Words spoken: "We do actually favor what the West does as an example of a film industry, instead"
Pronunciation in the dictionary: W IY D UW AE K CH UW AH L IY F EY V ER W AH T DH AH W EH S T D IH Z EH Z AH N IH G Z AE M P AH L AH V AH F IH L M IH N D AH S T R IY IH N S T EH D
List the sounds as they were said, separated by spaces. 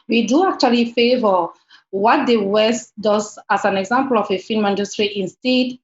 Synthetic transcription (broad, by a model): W IY D UW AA K CH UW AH L IY F EY V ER W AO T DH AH W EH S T D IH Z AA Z AH N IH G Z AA M P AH L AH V AH F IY N M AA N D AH S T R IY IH N S T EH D